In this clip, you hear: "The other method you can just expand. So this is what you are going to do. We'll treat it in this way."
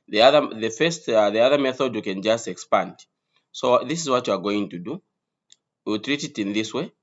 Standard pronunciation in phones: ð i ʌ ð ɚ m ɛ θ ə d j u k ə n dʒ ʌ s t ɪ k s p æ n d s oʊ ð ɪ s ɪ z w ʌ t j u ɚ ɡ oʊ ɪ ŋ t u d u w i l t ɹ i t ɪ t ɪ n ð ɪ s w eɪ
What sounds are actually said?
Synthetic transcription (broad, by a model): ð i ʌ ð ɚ m ɛ θ ə d j u k ə n dʒ ʌ s t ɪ k s p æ n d s oʊ ð ɪ s ɪ z w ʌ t j u ɚ ɡ oʊ ɪ ŋ t u d u w i l t ɹ i t ɪ t ɪ n ð ɪ s w eɪ